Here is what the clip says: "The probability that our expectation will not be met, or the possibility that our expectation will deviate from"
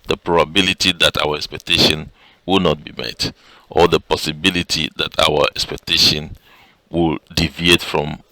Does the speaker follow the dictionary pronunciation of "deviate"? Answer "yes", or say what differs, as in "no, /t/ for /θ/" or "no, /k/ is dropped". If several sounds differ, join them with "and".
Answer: yes